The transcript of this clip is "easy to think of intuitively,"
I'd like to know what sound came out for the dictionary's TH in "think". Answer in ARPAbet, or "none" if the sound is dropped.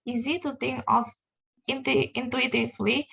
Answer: T